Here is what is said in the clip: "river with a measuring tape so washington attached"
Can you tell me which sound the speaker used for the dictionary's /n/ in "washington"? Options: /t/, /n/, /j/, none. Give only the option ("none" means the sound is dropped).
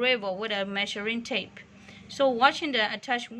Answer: none